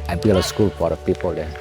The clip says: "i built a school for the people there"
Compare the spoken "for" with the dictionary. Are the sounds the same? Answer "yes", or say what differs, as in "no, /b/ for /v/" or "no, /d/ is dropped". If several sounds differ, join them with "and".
no, /p/ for /f/